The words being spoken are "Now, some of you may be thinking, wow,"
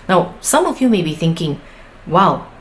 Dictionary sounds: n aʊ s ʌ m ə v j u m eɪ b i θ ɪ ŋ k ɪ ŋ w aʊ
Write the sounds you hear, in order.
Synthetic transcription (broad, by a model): n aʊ s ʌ m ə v j u m eɪ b i θ ɪ ŋ k ɪ ŋ w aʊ